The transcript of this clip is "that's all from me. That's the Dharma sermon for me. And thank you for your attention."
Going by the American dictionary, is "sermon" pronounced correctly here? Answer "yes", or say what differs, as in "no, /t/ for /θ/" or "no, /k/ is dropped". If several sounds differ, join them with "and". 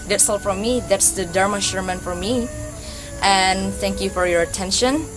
no, /ʃ/ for /s/